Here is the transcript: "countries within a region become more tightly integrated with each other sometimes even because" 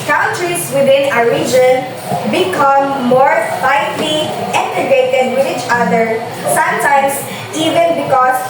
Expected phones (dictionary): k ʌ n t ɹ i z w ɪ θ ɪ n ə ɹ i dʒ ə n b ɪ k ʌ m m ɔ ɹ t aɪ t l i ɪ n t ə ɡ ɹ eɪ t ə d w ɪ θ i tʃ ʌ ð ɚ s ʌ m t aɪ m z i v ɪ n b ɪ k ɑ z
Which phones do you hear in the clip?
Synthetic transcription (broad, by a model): k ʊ n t ɹ i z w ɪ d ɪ n ə ɹ i dʒ ə n b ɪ k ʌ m m ɔ ɹ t aɪ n l i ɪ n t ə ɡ eɪ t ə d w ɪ i tʃ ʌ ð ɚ s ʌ m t aɪ m s i v ɪ n b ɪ k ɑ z